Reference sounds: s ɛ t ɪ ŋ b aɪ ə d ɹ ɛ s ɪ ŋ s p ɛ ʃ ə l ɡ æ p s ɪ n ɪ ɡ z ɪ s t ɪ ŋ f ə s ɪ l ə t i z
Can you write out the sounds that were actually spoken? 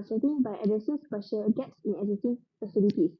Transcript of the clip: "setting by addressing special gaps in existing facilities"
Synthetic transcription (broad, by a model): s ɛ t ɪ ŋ b aɪ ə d ɛ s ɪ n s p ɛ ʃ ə ɡ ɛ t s ɪ n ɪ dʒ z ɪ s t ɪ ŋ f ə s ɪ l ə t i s